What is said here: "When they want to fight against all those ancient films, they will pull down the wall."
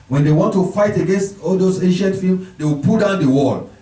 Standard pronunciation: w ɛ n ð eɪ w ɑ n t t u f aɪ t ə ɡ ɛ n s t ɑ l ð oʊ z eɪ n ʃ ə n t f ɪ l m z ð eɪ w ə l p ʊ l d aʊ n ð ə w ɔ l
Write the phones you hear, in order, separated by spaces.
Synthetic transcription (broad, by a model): w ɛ n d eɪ w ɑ n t t u f aɪ t ə ɡ ɛ n s t ɑ l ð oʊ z eɪ n ʃ ə n t f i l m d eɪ w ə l p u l d aʊ n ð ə w ɔ l